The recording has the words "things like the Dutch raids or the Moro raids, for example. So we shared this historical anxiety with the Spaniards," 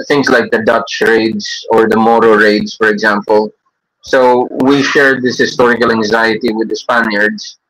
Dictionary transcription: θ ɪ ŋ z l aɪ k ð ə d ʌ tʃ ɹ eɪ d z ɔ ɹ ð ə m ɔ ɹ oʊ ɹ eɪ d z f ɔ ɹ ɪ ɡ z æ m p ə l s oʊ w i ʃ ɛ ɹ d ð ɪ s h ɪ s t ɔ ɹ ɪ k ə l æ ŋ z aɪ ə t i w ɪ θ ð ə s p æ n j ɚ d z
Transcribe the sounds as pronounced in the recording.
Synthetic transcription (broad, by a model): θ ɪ ŋ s l aɪ k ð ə d ʌ tʃ ɹ eɪ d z ɔ ɹ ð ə m ɔ ɹ oʊ ɹ eɪ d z f ɔ ɹ ɪ ɡ z æ m p ə l s oʊ w i ʃ ɛ ɹ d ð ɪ s h ɪ s t ɔ ɹ ɪ k ə l æ ŋ z aɪ ə t i w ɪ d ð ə s p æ n j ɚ d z